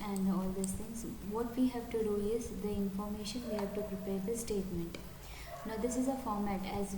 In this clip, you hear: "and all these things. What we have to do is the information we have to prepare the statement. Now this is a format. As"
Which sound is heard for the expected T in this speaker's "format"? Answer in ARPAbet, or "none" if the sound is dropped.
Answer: T